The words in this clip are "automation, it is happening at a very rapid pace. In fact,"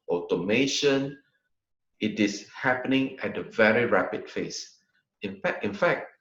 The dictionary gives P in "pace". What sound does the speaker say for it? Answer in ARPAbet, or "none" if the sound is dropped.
F